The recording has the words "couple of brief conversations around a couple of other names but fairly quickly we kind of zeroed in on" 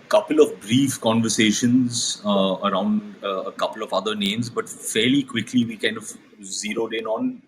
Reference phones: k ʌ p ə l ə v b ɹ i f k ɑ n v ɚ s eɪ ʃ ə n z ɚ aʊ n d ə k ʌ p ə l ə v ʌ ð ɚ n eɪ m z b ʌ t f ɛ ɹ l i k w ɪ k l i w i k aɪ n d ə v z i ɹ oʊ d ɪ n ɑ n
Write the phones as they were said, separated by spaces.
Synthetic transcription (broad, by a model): k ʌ p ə l ə v b ɹ i f k ɑ n v ɚ s eɪ ʃ ə n z ɚ aʊ n d ə k ʌ p ə l ə v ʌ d ɚ n eɪ m z b ʌ t f ɛ ɹ l i k w ɪ k l i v i k aɪ n d ə v z i ɹ oʊ d ɪ n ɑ n